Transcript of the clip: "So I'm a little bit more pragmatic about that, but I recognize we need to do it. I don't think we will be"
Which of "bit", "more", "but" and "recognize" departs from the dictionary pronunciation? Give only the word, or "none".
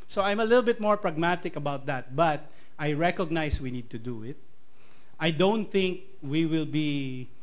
recognize